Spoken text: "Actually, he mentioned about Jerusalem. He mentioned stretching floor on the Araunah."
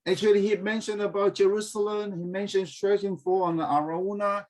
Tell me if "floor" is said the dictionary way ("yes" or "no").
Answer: no